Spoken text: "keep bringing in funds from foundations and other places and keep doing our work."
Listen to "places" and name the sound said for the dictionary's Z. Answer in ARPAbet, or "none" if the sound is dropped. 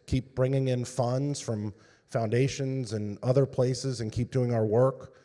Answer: Z